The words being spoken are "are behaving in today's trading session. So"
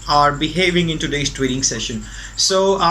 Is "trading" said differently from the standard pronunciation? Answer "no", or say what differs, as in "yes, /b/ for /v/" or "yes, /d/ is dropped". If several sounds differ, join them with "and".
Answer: yes, /w/ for /ɹ/